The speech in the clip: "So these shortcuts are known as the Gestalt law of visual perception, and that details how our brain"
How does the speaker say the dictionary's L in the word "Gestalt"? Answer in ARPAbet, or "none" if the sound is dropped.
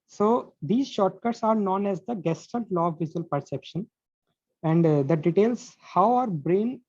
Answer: N